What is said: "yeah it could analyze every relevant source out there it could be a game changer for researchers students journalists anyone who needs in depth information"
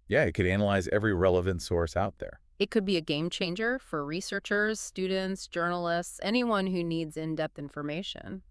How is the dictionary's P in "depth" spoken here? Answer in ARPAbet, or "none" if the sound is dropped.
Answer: P